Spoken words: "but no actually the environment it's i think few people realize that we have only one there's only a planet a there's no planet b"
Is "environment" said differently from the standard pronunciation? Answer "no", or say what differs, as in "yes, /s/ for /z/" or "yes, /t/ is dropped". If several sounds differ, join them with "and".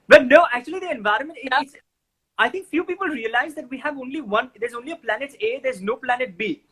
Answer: no